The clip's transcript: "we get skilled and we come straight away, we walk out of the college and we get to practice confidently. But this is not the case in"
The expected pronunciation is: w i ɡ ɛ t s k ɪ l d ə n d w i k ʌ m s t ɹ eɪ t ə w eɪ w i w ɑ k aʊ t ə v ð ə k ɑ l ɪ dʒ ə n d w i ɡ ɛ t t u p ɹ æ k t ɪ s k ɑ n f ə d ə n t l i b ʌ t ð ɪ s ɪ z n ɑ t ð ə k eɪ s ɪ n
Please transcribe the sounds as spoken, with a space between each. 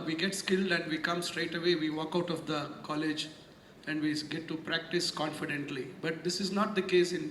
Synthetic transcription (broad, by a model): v i ɡ ɛ t s k ɪ l d ə n d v i k ʌ m s t ɹ eɪ t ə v eɪ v i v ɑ k aʊ t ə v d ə k ɑ l ɪ dʒ ə n d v i ɡ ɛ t t u p ɹ æ k t ɪ s k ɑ n f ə d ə n t l i b ʌ t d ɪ s ɪ z n ɑ t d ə k eɪ s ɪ n